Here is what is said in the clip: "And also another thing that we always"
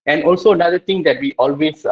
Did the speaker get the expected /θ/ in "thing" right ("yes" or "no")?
no